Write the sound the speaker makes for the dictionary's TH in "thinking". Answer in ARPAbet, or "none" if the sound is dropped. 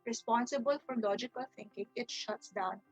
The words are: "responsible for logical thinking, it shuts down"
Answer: T